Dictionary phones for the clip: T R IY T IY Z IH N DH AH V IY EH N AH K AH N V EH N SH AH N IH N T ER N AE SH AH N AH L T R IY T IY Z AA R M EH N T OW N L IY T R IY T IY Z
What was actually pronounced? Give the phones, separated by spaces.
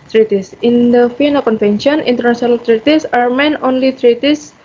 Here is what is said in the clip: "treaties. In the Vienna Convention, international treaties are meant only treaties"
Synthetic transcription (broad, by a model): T R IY T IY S IH N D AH F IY N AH K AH N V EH N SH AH N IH N T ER N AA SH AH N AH L T R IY T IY S AA R M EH N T OW N L IY T R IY T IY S